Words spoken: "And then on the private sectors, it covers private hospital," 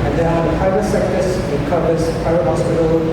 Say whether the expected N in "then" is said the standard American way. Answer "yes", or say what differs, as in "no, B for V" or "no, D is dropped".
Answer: no, N is dropped